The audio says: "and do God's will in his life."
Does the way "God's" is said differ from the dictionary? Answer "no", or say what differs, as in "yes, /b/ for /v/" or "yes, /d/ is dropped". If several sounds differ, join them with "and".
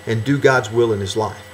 no